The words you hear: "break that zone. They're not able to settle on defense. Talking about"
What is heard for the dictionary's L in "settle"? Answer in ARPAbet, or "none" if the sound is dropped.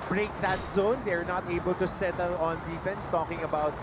L